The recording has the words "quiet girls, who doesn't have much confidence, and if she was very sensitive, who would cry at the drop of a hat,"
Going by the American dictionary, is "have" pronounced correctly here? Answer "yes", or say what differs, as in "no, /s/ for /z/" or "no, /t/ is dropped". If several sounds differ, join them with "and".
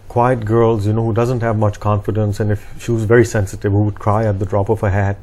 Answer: yes